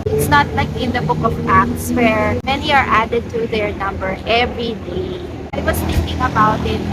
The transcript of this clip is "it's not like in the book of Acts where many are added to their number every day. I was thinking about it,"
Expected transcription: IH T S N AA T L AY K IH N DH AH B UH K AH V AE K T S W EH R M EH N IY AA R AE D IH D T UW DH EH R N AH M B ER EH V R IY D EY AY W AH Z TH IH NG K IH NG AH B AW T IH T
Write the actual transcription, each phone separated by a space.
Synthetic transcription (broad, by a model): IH T S N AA T L AY K IH N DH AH B UH K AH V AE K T S W EH R M EH N IY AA R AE D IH D T UW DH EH R N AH M B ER EH V R IY D EY AY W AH S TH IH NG K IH NG AH B AW T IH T